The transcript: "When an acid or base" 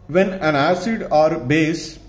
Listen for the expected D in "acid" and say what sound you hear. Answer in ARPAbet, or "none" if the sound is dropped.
D